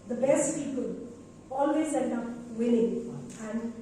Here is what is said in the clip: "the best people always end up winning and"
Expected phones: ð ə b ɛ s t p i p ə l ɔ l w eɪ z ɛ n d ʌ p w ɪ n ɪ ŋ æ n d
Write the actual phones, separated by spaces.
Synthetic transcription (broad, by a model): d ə b ɛ s t p i p ə l ɔ l w eɪ z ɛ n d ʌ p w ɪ l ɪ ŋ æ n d